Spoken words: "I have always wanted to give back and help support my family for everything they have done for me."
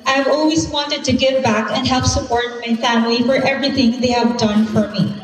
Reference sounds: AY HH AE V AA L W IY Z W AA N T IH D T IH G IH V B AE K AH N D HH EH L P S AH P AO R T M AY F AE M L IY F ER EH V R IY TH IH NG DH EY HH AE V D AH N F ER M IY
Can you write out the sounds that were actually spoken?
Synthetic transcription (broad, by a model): AY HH V AA L W IY Z W AA N T IH D T IH G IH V B AE K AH N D HH EH L P S AH P AO R T M AY F AE M L IY F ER EH V R IY TH IH NG DH EY HH AE V D AH N F ER M IY